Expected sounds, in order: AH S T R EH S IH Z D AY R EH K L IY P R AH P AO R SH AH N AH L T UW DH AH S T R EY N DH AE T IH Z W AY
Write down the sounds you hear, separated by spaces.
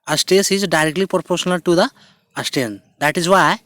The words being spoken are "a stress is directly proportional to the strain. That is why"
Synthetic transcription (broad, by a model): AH S T EH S IH Z D AY R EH K L IY P R P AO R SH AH N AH L T UW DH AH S T EY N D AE T IH Z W AY